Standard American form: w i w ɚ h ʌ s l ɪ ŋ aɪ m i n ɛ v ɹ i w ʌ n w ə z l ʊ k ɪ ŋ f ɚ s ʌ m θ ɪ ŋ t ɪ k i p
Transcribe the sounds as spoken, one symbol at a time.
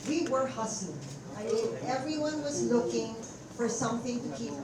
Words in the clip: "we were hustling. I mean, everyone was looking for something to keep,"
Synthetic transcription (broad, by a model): w i w ɚ h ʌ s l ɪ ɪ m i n ɛ v ɹ i w ʌ n w ə z l ʊ k ɪ ŋ f ɚ s ʌ m θ ɪ ŋ t ɪ k i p